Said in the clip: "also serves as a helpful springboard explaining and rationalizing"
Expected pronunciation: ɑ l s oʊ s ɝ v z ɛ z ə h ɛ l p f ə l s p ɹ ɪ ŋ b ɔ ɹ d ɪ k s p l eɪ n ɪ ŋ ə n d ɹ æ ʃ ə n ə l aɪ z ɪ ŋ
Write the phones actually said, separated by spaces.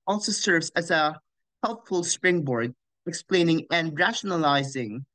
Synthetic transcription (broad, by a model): ɑ l s oʊ s ɝ v z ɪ z ə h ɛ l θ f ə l s p ɹ ɪ ŋ b ɔ ɹ d ɪ k s p l eɪ n ɪ ŋ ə n ɹ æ ʃ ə n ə l aɪ z ɪ ŋ